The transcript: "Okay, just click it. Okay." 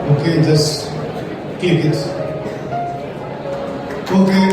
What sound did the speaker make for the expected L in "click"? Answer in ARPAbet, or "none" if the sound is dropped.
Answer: none